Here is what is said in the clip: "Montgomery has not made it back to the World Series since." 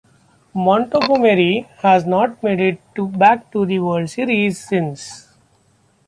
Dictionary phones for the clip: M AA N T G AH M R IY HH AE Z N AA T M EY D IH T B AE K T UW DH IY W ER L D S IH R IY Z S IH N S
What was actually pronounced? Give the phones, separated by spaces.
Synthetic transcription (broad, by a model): M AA N T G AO M R IY HH AE Z N AA T M EY D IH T B AE K T UW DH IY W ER D S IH R IY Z S IH N S